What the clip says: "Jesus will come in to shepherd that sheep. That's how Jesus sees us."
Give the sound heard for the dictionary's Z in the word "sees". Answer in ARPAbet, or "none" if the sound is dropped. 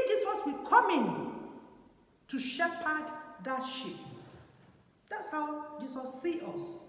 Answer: none